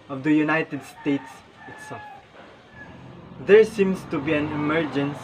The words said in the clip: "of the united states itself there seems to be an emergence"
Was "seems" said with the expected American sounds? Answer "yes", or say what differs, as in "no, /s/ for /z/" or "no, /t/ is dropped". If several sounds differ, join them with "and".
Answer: no, /s/ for /z/